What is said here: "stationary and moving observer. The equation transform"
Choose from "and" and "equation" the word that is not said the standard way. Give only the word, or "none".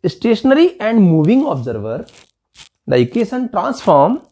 equation